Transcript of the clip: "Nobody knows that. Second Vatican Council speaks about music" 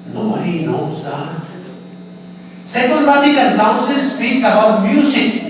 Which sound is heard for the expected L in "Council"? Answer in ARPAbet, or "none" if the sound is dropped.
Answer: N